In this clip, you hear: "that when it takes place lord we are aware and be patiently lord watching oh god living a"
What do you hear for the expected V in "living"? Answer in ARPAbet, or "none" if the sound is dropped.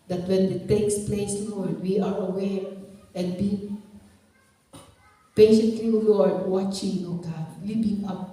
B